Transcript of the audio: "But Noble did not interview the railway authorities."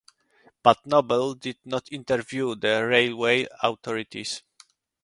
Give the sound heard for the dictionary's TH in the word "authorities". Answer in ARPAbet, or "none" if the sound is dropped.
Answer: T